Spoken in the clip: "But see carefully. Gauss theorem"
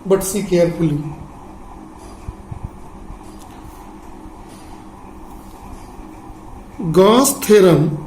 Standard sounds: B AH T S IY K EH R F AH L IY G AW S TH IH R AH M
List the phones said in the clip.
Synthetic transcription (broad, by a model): B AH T S IY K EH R P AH L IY G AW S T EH R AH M